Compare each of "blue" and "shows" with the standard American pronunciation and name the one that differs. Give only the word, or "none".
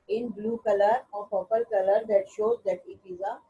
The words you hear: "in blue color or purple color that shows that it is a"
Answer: none